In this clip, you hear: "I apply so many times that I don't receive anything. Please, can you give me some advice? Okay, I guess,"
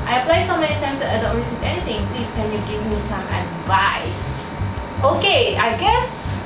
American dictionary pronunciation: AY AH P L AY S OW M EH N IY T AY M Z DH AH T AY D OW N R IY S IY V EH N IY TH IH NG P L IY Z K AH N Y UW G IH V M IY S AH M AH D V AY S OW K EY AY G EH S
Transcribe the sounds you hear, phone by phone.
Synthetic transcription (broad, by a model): AY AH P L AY S OW M EH N IY T AY M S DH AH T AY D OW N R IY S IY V EH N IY T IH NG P L IY S K AH N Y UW G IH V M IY S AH M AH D V AY S OW K EY AY G EH S